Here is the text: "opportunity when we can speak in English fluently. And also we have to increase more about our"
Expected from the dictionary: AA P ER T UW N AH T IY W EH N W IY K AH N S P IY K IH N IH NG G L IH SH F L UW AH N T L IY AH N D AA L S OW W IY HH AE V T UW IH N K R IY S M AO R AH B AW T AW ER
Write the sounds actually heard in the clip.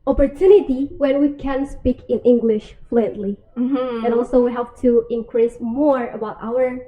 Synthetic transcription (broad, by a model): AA P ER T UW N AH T IY W EH N W IY K AH N S P IY K IH N IH NG G L IH SH F L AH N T L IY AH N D AA L S OW W IY HH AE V T UW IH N K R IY S M AO R AH B AW T AW ER